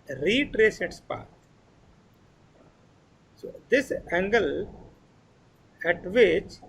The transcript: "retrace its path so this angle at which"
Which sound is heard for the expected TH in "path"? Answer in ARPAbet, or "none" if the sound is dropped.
T